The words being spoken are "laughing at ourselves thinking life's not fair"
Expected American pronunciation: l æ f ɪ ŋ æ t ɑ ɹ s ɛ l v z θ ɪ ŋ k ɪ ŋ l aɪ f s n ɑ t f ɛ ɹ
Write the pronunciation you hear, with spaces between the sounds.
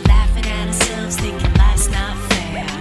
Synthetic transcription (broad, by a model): l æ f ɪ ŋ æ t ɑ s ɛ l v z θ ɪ k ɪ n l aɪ s n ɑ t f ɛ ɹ